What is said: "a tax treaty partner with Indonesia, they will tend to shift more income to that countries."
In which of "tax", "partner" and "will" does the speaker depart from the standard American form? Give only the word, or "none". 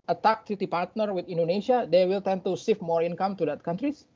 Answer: tax